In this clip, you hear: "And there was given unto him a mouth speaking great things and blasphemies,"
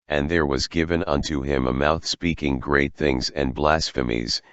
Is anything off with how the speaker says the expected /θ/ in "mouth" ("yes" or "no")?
no